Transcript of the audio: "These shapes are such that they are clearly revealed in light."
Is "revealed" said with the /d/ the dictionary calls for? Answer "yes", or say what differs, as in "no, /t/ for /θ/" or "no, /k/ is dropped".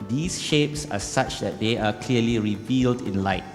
yes